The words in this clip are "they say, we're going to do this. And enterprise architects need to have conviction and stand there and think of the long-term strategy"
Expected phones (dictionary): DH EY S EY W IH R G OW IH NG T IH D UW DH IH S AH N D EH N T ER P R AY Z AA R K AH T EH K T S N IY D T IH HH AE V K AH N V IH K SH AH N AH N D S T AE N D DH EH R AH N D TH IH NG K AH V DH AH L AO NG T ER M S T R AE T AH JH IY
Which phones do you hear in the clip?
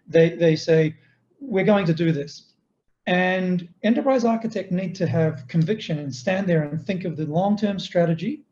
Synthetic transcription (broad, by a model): DH EY S EY W IH R G OW IH NG T IH D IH DH IH S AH N EH N T ER P R AY Z AA R K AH T EH K T N IY D T IH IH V K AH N V IH K SH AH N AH N S T AE N DH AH R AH N TH IH NG K AH V DH AH L AO NG T ER M S T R AE T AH JH IY